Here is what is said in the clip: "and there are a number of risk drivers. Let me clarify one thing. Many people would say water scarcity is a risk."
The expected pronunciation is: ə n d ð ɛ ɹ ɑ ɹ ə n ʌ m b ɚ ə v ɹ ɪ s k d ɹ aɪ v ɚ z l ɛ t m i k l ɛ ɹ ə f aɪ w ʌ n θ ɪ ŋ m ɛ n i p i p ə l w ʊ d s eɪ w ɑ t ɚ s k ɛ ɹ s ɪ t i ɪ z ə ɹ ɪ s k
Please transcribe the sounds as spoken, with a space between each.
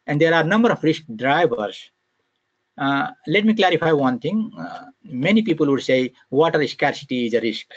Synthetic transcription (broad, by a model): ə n d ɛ ɹ ɑ ɹ n ʌ m b ɚ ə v ɹ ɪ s k d ɹ aɪ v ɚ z l ɛ t m i k l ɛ ɹ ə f aɪ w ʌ n t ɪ ŋ m ɛ n i p i p ə l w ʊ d s eɪ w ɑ t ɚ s k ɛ ɹ s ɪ t i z ə ɹ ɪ s k